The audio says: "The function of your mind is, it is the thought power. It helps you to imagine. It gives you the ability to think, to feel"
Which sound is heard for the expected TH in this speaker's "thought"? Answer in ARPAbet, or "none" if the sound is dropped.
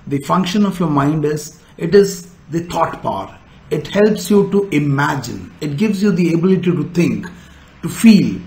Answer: T